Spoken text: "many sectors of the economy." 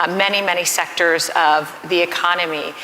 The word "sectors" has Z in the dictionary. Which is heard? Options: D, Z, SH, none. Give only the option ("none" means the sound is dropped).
Z